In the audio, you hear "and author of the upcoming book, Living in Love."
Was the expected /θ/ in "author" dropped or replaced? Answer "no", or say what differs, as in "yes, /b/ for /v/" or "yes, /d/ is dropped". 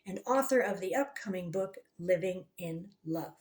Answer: no